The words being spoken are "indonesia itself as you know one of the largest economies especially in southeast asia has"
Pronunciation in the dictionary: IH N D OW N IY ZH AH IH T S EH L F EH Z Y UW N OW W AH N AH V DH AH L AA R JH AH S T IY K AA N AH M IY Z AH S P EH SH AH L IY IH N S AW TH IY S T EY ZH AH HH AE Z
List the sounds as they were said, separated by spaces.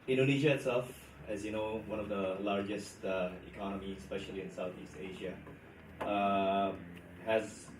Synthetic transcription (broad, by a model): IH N D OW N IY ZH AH IH T S EH L F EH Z Y UW N OW W AH N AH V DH AH L AA R JH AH S T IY K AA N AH M IY AH S P EH SH AH L IY IH N S AW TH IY S T EY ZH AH HH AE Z